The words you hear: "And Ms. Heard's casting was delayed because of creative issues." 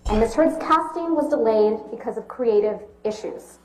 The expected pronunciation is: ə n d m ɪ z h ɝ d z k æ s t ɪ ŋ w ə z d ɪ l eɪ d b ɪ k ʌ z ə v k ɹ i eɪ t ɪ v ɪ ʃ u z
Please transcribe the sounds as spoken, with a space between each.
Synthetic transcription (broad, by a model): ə n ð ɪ s h ɝ d z k æ s t ɪ ŋ w ə z d ɪ l eɪ d b ɪ k ʌ z ə v k ɹ i eɪ t ɪ v ɪ ʃ u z